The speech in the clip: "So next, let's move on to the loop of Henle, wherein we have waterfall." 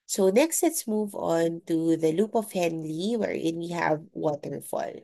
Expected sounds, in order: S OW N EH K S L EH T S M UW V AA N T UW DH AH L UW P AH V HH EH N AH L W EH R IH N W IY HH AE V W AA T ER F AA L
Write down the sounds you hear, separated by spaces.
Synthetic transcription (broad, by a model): S OW N EH K S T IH T S M UW V AA N T UW DH AH L UW P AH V HH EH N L W EH R IH N W IY HH AE V W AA T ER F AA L